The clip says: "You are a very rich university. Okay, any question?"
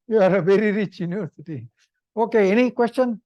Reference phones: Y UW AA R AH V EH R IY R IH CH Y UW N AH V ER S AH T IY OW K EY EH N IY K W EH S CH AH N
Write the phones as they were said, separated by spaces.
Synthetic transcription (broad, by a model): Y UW AA R AH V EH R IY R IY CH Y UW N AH AO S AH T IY OW K EY EH N IY K W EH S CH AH N